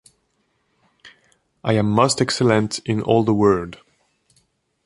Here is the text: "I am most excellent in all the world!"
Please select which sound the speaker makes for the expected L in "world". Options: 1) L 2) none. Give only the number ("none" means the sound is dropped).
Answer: 2